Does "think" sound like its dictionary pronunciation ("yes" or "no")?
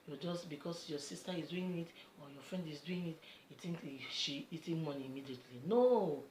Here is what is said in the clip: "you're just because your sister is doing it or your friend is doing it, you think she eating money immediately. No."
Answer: no